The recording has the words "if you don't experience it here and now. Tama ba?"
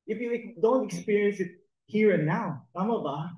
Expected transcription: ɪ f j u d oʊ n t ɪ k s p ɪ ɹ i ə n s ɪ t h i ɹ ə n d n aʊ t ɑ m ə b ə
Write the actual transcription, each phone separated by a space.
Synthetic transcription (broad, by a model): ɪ f j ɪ d oʊ n t ɪ k s p ɪ ɹ i ə n s ɪ t h i ɹ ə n n aʊ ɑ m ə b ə